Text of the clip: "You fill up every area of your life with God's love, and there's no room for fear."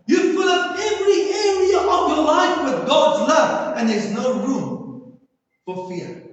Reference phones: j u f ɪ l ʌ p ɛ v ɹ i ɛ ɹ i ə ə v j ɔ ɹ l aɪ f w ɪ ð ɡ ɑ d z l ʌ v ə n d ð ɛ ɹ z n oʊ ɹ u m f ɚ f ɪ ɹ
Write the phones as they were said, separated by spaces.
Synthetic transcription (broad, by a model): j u p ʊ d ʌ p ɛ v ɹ i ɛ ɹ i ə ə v j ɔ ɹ l aɪ f w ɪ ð ɡ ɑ d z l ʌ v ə n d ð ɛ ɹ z n oʊ ɹ u m f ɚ f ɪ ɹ